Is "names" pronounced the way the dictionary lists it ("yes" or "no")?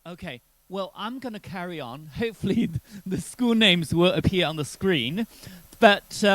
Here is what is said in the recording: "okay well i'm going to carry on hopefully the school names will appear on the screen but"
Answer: yes